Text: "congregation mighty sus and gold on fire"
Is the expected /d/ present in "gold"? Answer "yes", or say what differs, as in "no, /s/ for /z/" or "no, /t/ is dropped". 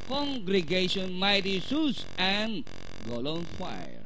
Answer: no, /d/ is dropped